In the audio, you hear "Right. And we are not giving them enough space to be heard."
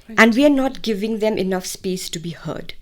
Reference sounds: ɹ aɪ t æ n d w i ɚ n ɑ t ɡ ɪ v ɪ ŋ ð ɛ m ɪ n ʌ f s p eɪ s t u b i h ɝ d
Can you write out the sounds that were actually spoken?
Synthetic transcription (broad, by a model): t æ n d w i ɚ n ɑ t ɡ ɪ v ɪ ŋ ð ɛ m ɪ n ʌ f s p eɪ s t u b i h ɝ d